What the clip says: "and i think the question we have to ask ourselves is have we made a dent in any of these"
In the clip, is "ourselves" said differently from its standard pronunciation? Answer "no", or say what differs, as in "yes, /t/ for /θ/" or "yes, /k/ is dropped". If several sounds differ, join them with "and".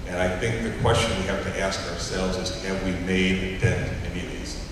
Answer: no